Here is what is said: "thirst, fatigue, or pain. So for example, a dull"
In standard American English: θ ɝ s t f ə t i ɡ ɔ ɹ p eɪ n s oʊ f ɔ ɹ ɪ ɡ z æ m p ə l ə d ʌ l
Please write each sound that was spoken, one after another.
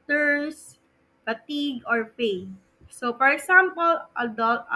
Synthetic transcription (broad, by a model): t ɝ s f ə t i ɡ ɔ ɹ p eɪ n s oʊ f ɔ ɹ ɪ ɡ s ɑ m p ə l ə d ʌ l